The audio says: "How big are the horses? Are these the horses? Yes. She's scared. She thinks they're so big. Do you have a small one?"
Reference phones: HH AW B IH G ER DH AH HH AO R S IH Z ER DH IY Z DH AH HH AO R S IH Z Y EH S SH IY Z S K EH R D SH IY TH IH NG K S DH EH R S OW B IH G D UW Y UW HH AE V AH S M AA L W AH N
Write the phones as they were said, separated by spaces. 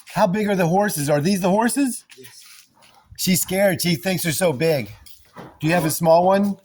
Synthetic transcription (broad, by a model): HH AW B IH G ER DH AH HH AO R S IH Z ER DH IY Z DH AH HH AO R S IH Z SH IY Z S K EH R D SH IY TH IH NG K S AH R S OW B IH G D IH Y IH V AH S M AA L W AH N